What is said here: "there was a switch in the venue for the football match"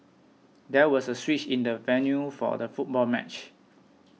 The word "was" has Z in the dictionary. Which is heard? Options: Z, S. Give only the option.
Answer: S